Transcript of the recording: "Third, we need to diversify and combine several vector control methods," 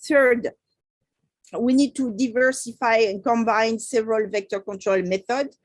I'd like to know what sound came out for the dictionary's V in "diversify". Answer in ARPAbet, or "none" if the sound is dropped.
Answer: V